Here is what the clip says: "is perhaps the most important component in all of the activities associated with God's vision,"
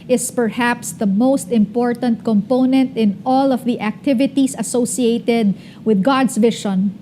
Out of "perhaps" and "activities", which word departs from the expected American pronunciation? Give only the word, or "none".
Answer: activities